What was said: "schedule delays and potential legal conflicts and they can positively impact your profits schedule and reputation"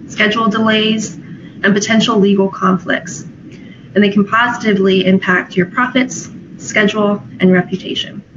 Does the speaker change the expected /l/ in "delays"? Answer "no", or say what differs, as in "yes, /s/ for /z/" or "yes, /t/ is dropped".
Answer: no